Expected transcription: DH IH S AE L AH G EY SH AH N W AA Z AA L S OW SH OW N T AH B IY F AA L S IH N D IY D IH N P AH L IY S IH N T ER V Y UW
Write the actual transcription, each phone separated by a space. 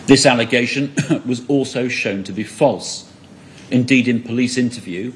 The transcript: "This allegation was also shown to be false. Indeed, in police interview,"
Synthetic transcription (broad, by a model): DH IH S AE L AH G EY SH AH N W AA Z AA L S OW SH OW N T AH B IY F AA L S IH N D IY D IH N P AH L IY S IH N T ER V Y UW